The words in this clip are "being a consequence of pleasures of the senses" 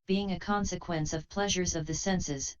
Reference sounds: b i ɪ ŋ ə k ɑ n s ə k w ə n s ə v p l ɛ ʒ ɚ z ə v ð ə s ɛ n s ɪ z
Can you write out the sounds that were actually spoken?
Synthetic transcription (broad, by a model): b i ɪ ŋ ə k ɑ n s ə k w ə n s ə v p l ɛ ʒ ɚ z ə v ð ə s ɛ n s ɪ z